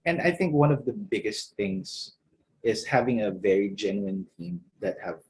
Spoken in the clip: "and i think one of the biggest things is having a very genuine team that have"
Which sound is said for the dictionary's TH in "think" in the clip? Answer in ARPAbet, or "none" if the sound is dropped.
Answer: TH